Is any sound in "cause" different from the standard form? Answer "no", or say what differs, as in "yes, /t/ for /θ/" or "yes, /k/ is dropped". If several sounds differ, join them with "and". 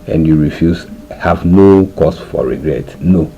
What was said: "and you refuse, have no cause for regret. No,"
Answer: yes, /s/ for /z/